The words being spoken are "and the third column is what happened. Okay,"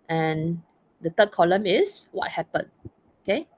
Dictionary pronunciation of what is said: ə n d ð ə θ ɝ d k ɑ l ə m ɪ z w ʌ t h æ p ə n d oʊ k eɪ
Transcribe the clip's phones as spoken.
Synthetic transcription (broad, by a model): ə n d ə t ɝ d k ɑ l ə m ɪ s w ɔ t h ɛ p ə n oʊ k eɪ